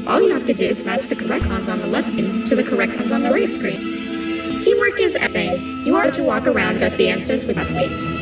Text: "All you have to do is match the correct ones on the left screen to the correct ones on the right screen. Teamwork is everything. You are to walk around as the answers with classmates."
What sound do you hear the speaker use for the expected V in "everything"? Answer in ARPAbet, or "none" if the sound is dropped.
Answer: none